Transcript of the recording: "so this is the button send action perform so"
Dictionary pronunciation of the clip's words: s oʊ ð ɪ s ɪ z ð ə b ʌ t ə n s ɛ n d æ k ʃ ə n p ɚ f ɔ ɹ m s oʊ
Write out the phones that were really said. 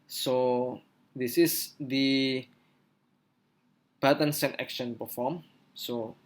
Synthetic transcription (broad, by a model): s oʊ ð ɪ s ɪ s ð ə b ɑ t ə n s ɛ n ɛ k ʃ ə n p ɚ f ɔ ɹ m s oʊ